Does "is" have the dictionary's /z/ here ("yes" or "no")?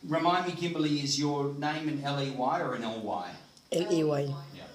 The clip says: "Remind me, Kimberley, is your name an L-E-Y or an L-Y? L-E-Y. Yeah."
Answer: yes